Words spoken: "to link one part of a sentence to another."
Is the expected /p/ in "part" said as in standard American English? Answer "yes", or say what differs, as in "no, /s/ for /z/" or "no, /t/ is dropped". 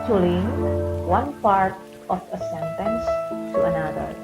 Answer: yes